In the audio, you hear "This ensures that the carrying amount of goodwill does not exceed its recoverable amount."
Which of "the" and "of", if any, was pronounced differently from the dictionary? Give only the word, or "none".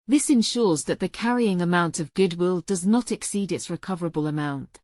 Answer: none